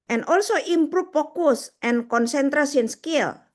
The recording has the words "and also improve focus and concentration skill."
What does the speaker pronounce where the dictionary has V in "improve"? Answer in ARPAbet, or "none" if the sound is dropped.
F